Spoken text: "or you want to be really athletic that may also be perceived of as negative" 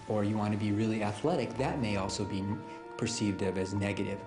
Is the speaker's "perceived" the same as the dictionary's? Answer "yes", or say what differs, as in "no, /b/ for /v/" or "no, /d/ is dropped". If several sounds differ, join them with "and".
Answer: yes